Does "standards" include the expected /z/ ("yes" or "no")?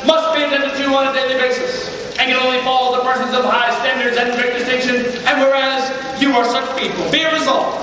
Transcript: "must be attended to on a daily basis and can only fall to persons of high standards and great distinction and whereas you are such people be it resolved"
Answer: yes